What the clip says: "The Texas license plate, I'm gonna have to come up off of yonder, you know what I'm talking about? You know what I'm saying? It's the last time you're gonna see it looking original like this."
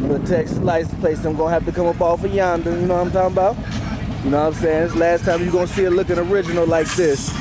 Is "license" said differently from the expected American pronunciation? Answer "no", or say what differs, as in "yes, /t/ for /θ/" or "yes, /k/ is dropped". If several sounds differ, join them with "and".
yes, /s/ is dropped and /n/ is dropped